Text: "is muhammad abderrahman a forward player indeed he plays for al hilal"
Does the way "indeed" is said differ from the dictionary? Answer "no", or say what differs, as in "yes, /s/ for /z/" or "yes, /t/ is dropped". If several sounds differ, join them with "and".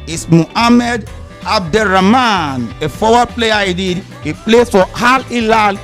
yes, /n/ is dropped